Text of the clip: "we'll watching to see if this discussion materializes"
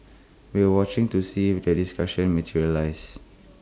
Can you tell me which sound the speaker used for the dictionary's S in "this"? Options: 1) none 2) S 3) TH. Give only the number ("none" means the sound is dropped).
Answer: 1